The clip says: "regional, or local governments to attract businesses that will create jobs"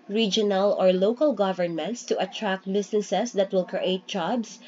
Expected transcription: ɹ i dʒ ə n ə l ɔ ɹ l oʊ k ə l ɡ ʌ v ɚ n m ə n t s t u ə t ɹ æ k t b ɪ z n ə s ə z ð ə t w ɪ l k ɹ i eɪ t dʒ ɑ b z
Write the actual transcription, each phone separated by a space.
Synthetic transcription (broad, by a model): ɹ i dʒ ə n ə l ɔ ɹ l oʊ k ə l ɡ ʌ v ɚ n m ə n t s t u ə t ɹ æ k t b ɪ s n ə s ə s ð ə t w ɪ l k ɹ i eɪ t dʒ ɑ b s